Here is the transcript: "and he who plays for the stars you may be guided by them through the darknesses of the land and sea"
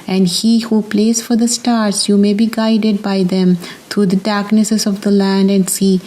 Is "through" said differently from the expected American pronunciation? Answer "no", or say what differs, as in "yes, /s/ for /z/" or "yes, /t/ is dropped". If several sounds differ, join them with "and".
yes, /t/ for /θ/